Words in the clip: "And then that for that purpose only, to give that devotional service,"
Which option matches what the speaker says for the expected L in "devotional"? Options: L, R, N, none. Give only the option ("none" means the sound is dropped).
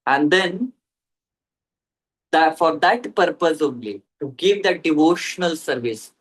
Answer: L